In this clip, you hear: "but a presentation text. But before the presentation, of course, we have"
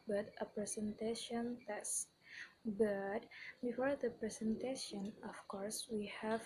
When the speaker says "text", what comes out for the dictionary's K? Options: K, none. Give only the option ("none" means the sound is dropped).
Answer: none